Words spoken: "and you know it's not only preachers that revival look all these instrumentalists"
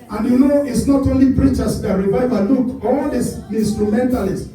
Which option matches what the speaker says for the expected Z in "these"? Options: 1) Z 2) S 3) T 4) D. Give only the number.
2